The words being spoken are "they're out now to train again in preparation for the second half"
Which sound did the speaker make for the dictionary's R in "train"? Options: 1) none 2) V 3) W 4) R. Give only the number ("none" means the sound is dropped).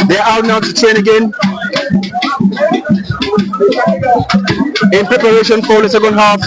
1